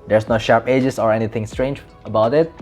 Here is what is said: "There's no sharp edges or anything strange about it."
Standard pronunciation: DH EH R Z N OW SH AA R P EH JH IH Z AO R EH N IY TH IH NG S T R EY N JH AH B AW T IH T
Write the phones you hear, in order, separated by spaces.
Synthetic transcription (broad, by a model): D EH R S N OW SH AA R P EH JH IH S AO R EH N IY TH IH NG S T R EY N JH AH B AW T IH T